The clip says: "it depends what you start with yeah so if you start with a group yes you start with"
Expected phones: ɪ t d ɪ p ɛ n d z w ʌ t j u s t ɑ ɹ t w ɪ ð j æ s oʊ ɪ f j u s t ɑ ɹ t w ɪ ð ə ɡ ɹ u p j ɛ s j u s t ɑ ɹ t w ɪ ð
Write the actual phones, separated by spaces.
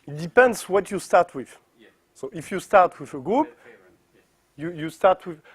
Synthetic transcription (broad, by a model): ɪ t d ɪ p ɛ n d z w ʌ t j u s t ɑ ɹ t w ɪ ð s oʊ ɪ f j u s t ɑ ɹ t w ɪ ð ə ɡ ɹ u p j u j u s t ɑ ɹ t w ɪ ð